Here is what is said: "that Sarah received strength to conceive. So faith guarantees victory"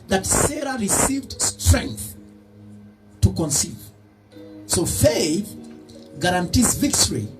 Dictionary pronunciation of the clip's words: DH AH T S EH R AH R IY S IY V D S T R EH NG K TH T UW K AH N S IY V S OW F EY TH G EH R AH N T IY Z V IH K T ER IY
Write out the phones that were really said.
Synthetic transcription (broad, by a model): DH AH T S EH R AH R IY S IY V D S T R EH NG K TH T UW K AH N S IY V S OW F EY TH G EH R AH N T IY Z V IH K T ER IY